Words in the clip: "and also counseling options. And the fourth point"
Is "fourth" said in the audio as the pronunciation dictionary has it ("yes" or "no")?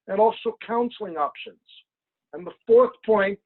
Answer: yes